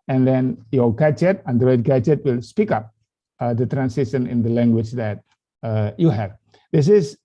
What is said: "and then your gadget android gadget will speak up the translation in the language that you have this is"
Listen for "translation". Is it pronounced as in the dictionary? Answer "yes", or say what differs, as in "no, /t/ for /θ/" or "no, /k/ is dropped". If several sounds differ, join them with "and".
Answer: no, /l/ is dropped